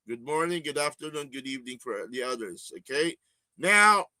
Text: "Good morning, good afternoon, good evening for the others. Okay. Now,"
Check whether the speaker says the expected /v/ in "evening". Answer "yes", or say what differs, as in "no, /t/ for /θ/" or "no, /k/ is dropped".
yes